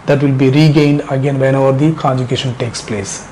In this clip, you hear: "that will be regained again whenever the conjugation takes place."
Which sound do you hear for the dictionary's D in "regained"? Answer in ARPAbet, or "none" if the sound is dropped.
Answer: D